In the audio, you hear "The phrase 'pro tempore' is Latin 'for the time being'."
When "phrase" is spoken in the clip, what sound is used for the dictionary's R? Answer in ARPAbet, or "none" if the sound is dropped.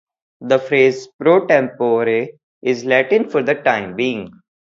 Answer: R